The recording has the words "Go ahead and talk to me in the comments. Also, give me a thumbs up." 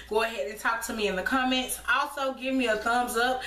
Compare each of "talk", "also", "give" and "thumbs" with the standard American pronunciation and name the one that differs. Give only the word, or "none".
none